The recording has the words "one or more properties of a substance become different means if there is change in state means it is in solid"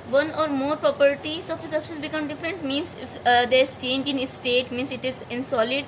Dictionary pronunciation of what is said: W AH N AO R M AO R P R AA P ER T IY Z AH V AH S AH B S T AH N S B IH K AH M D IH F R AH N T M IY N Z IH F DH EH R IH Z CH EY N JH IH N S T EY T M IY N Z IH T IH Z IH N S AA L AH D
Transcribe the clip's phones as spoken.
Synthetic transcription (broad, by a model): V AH N AO R M AO R P R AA P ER T IY S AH F AH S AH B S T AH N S B IH K AH M D IH F R AH N T M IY N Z IH F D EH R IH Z CH EY N JH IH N S T EY T M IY N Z IH T IH Z IH N S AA L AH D